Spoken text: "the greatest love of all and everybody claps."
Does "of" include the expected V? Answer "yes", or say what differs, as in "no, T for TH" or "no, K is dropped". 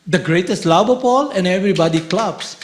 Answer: no, P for V